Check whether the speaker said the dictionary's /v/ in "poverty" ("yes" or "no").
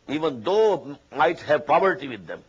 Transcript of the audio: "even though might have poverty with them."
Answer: no